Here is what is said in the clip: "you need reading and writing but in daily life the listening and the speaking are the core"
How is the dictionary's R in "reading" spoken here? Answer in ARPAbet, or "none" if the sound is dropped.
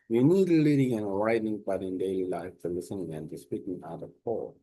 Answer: L